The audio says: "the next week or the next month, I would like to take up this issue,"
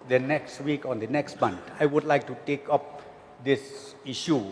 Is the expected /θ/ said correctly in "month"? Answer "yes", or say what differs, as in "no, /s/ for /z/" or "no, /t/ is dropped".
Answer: no, /t/ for /θ/